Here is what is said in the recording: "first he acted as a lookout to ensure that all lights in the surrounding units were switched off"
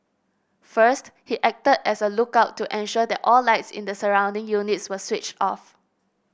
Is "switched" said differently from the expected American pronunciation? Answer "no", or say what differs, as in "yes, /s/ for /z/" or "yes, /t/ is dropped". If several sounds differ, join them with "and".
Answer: no